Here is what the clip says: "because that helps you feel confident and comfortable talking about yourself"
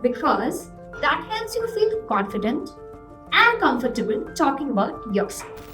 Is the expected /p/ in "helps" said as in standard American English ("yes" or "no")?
no